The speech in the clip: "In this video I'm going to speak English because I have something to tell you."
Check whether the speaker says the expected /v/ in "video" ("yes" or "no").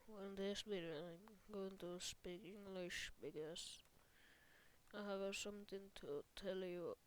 no